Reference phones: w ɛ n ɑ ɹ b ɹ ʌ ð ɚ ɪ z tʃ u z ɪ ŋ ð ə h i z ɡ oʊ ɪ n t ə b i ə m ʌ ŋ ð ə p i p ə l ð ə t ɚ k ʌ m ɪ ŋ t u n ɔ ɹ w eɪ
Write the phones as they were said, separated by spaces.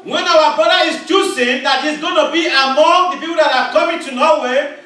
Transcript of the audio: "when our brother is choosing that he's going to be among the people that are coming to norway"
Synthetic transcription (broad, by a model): w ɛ n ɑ w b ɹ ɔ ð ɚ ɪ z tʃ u s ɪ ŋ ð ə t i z ɡ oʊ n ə b i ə m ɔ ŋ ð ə p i p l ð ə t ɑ k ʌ m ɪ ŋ t u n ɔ w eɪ